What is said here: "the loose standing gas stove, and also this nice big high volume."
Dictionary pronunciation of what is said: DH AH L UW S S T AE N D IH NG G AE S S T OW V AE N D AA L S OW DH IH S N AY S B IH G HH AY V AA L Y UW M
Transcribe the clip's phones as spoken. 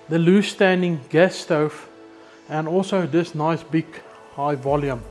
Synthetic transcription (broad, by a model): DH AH L UW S S T AE N D IH NG G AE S S T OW F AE N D AA L S OW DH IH S N AY S B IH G HH AY V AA L Y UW M